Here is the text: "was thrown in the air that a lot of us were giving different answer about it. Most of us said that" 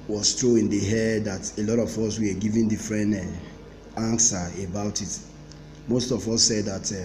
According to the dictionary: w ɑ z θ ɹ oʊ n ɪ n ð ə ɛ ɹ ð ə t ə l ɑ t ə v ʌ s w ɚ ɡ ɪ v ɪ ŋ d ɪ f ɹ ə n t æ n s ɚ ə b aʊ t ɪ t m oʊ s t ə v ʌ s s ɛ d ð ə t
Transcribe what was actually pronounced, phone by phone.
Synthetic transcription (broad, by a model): w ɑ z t ɹ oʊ ɪ n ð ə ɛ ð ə t ə l ɑ t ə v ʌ s w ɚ ɡ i v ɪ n d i f ɹ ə n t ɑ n s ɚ ə b aʊ t ɪ t m oʊ s t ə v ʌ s s ɛ d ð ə t